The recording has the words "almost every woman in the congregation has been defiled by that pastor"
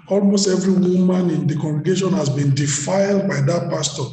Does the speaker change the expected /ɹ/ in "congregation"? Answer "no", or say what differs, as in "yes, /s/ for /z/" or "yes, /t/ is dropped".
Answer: no